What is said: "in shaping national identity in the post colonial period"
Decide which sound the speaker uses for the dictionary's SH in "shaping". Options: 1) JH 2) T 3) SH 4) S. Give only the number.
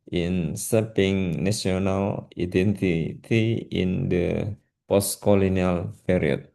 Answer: 4